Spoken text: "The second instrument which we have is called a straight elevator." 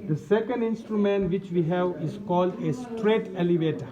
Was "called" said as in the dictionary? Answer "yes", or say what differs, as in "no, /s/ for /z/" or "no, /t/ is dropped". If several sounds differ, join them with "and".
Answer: yes